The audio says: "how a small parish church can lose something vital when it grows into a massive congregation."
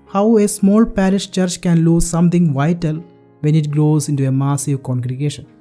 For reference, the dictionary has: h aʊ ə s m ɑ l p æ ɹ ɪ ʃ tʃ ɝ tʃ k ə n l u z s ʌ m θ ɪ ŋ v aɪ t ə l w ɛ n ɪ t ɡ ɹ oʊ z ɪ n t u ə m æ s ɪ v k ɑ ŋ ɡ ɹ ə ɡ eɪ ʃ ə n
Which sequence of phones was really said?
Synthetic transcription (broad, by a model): h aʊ ə s m ɑ l p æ ɹ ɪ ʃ tʃ ɝ tʃ k ə n l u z s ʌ m t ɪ ŋ v aɪ t ə l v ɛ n ɪ t ɡ ɹ oʊ z ɪ n t u ə m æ s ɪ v k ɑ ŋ ɡ ɹ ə ɡ eɪ ʃ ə n